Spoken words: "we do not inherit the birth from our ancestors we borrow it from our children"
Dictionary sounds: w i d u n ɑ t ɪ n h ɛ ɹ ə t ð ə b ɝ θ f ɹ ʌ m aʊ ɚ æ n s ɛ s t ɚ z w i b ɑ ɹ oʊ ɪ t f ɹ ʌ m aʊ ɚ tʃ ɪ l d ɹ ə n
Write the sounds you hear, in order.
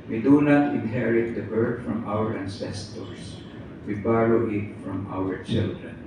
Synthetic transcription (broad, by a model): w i d u n ɑ t ɪ n h ɛ ɹ ə t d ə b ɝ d f ɹ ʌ m aʊ ɚ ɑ n s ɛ s t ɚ s w i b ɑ l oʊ ɪ t f ɹ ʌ m aʊ ɚ tʃ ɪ l d ɹ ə n